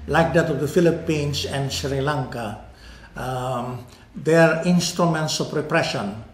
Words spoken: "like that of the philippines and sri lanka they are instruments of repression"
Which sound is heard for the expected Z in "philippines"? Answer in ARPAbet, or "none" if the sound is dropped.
S